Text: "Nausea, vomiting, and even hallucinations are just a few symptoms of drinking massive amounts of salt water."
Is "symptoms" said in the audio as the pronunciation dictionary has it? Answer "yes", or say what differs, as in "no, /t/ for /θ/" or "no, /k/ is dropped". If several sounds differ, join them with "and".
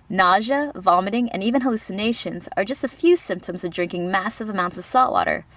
yes